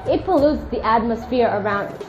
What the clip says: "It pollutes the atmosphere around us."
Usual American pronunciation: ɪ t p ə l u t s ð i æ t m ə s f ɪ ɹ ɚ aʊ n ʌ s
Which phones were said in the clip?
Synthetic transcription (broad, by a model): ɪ t p ə l u t s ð i æ t m ə s f ɪ ɹ ɚ aʊ n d